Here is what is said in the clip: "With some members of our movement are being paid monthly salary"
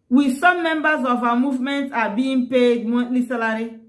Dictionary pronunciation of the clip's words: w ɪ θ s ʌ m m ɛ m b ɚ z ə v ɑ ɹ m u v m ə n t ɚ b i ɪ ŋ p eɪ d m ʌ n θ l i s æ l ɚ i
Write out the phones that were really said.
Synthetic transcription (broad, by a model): w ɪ s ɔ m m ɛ m b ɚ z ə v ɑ m u v m ə n t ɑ b i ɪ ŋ p eɪ d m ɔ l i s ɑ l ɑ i